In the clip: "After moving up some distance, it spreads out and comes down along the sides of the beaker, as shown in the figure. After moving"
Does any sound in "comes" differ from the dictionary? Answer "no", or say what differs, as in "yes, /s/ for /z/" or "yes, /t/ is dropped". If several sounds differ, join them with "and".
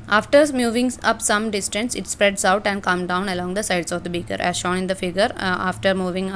yes, /z/ is dropped